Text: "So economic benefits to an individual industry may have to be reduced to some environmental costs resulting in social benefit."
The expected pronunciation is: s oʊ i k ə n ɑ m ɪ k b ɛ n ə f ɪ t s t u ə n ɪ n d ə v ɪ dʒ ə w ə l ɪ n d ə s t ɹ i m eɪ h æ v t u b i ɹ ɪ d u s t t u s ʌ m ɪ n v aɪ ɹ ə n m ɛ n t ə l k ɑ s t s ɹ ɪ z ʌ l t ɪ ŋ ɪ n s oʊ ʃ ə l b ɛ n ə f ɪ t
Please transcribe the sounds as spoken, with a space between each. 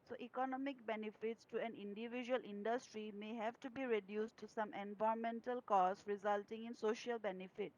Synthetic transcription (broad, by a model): s oʊ i k ə n ɑ m ɪ k b ɛ n ə f ɪ t s t u ə n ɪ n d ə v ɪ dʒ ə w ə l ɪ n d ə s t ɹ i m eɪ h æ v t u b i ɹ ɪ d u s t t u s ʌ m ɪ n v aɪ ə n m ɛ n t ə l k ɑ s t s ɹ ɪ z ʌ l t ɪ ŋ ɪ n s oʊ ʃ ə l b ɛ n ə f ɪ t